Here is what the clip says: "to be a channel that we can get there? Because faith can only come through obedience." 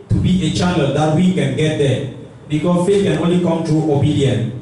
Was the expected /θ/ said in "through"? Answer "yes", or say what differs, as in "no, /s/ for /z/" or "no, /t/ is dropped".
no, /t/ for /θ/